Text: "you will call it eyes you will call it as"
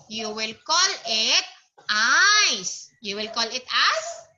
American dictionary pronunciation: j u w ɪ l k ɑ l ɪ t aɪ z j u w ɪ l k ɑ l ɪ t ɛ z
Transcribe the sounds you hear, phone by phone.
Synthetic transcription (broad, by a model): j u w ɪ l k ɑ l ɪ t aɪ s j u w ɪ l k ɑ l ɪ t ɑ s